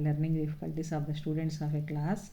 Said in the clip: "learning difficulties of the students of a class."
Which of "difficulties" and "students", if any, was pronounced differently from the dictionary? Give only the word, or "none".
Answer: difficulties